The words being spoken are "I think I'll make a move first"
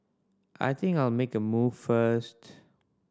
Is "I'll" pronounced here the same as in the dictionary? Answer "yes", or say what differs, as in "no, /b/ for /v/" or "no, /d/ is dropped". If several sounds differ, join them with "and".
yes